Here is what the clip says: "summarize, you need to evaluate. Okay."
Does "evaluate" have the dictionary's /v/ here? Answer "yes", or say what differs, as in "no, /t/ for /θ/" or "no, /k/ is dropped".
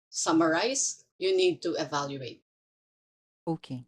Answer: yes